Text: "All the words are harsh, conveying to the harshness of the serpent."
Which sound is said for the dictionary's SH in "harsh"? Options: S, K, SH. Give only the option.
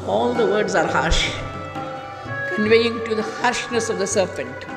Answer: SH